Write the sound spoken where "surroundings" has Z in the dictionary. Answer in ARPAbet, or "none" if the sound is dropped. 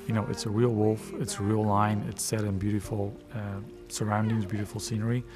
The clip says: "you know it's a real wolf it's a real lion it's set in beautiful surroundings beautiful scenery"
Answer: Z